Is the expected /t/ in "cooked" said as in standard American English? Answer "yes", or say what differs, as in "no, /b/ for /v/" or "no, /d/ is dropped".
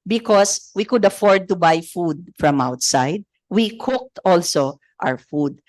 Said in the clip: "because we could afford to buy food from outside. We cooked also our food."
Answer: yes